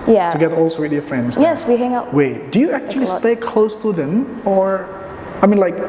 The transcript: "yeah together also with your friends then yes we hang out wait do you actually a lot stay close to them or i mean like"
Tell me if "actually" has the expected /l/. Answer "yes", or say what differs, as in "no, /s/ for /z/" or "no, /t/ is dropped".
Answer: no, /l/ is dropped